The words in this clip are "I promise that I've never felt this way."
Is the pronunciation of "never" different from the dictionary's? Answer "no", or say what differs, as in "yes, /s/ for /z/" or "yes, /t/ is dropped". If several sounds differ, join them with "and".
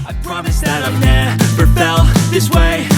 yes, /p/ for /v/